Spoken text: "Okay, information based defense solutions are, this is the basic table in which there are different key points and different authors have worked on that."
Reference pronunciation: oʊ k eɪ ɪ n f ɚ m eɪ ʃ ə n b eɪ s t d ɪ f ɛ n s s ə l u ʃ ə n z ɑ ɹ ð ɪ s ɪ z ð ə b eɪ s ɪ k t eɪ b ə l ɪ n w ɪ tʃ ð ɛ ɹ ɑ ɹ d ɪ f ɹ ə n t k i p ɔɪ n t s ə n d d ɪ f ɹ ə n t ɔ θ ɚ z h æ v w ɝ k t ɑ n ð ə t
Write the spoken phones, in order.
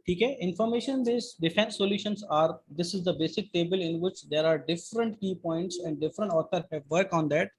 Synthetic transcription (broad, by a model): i k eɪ ɪ n f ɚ m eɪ ʃ ə n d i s d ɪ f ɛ n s s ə l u ʃ ə n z ɑ ɹ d ɪ s ɪ z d ə b eɪ s ɪ k t eɪ b ə l ɪ n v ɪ tʃ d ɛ ɹ ɑ ɹ d ɪ f ɹ ə n t k i p ɔɪ n t s ə n d d ɪ f ɹ ə n t ɔ t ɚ h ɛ v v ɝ k ɑ n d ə t